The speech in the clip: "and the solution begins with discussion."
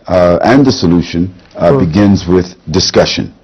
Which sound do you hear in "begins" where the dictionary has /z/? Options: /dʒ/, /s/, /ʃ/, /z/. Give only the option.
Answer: /z/